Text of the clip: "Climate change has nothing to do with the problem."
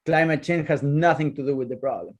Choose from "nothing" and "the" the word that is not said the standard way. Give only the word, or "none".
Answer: none